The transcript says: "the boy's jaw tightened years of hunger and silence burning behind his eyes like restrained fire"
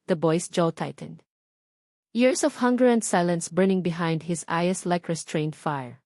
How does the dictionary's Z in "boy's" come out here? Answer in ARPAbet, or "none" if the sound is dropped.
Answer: S